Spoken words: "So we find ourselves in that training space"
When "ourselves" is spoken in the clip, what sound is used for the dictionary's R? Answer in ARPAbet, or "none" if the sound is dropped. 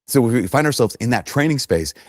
R